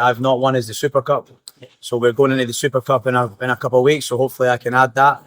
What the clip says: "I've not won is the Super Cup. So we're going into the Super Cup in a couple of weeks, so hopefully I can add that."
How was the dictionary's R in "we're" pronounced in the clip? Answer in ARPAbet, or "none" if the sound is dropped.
R